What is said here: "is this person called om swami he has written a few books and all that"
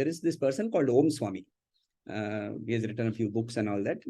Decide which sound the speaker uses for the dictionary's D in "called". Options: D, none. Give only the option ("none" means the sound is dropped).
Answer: D